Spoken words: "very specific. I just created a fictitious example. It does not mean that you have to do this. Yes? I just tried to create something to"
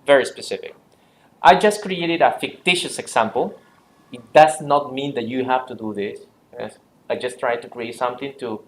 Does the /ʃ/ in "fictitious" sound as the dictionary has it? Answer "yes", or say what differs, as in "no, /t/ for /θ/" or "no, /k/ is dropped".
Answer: yes